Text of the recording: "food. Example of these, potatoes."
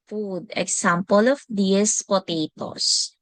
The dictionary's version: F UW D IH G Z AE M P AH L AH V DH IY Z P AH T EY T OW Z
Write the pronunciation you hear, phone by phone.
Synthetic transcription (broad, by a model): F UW D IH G S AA M P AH L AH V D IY S P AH T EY T OW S